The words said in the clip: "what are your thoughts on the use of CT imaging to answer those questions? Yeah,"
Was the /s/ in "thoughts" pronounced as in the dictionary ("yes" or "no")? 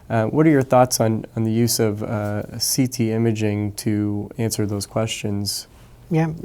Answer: yes